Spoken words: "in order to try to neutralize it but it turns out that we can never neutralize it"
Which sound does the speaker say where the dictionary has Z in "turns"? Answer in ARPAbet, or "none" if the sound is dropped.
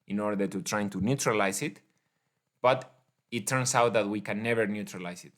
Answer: S